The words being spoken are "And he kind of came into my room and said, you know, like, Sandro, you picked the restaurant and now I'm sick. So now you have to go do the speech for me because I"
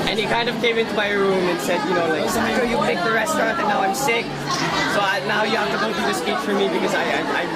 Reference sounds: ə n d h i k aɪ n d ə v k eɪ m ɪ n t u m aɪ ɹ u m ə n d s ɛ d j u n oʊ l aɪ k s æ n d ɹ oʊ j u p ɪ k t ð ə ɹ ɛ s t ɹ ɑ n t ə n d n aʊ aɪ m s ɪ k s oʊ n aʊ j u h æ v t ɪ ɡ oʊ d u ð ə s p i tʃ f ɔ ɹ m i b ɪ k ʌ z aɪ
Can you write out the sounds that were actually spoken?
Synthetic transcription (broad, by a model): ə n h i k aɪ n d ə v k eɪ m ɪ n t u m aɪ ɹ u m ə n s ɛ d j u n oʊ l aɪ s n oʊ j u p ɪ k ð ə ɹ ɛ s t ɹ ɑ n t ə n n aʊ aɪ m s ɪ k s oʊ n aʊ j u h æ f t ɪ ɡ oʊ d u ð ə s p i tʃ f ɔ ɹ m i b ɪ k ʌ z aɪ